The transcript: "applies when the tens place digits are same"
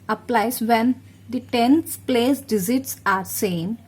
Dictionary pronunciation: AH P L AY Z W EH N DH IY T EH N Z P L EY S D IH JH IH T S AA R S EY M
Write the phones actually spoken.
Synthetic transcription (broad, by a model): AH P L AY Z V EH N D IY T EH N S P L EY S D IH Z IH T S AA R S EY M